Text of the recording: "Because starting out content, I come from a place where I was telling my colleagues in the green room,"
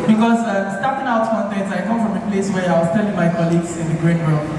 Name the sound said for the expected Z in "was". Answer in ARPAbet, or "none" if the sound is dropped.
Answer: S